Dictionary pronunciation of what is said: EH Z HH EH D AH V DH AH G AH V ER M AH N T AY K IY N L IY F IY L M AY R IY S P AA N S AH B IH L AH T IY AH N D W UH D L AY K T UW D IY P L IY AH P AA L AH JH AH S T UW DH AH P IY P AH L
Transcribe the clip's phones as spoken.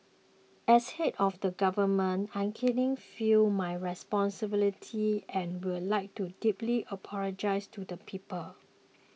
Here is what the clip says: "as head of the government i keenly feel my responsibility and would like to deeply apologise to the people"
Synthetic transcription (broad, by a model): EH S HH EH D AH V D AH G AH V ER M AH N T AY K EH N IY F IY L M AY R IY S P AA N S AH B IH L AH T IY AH N W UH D L AY K T UW D IY P L IY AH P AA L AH JH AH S T UW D AH P IY P AH L